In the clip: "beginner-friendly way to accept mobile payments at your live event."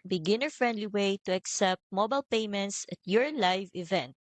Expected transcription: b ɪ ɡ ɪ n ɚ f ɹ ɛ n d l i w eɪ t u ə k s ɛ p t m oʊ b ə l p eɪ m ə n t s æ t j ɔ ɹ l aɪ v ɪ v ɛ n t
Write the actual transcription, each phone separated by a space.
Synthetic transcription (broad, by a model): b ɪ ɡ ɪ n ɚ f ɹ ɛ n d l i w eɪ t u ə k s ɛ p t m oʊ b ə l p eɪ m ə n t s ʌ t j ɔ ɹ l aɪ v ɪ v ɛ n t